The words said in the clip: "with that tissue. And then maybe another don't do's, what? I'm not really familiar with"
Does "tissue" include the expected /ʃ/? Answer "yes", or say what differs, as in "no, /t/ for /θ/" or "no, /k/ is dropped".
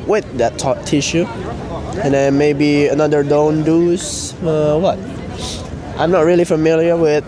yes